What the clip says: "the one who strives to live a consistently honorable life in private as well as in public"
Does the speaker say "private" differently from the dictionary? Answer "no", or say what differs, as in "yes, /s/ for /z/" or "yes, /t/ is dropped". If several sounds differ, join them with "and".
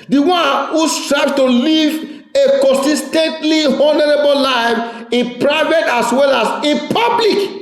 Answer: no